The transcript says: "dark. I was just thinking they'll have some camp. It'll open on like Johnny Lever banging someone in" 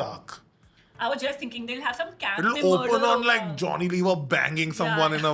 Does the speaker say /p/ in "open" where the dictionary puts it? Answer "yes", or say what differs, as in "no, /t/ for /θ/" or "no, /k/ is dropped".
no, /p/ is dropped